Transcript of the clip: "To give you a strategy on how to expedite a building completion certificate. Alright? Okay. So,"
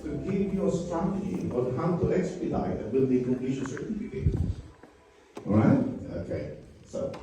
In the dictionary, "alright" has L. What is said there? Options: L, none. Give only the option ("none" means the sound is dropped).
none